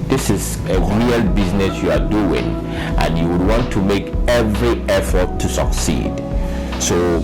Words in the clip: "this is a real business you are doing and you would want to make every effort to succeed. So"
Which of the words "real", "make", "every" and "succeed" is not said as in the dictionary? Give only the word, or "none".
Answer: none